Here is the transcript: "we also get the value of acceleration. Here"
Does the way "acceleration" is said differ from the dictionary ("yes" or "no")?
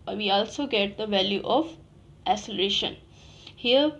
yes